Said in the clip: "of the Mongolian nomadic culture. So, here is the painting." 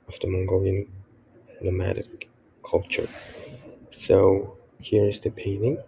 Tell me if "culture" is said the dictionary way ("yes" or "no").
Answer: yes